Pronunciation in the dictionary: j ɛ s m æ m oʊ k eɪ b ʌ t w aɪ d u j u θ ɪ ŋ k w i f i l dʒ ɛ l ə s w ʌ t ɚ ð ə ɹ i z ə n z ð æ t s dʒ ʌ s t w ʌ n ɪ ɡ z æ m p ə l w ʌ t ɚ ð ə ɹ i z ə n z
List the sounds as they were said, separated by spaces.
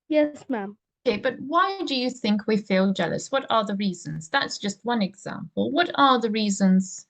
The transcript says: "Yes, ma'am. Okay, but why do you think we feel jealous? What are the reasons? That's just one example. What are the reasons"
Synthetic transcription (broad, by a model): j ɛ s m æ m oʊ k eɪ b ʌ t w aɪ d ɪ j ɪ θ ɪ ŋ k w i f i l dʒ ɛ l ə s w ʌ t ɚ ð ə ɹ i z ə n z ð æ t s dʒ ʌ s t w ʌ n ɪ ɡ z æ m p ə l w ʌ t ɚ ð ə ɹ i z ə n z